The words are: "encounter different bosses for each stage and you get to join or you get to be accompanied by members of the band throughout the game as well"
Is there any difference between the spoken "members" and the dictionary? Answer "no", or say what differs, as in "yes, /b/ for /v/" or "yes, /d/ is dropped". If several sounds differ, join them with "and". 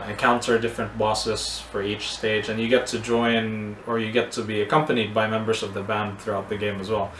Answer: no